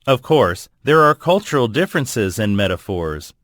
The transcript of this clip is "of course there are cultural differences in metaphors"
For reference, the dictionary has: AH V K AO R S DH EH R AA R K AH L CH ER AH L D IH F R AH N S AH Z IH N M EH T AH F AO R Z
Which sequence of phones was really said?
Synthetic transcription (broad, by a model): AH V K AO R S DH EH R AA R K AH L CH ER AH L D IH F R AH N S AH Z IH N M EH T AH F AO R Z